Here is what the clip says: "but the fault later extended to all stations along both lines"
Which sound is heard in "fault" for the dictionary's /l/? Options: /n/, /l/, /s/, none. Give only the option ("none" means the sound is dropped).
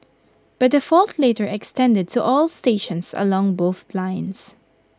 /l/